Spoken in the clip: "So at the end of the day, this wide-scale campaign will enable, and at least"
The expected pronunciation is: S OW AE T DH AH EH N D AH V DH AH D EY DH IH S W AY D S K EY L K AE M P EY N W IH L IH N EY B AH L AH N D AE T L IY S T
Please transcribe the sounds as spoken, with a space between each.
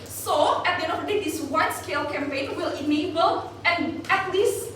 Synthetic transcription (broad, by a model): S OW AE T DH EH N AH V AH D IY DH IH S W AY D S K EY L K AE M P EY N W IH L IH N EY B AH L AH N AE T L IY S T